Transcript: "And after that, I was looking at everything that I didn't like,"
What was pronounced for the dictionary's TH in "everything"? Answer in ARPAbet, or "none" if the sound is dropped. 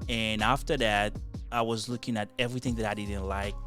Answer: TH